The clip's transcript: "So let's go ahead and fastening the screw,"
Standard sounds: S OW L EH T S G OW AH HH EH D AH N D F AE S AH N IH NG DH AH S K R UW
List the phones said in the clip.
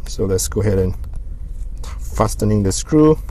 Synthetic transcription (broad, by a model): S OW L EH T S G OW HH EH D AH N F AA S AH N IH NG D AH S K R UW